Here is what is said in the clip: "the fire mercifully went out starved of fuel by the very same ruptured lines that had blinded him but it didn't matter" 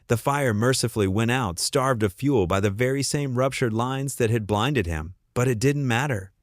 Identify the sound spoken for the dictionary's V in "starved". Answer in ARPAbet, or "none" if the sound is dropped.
V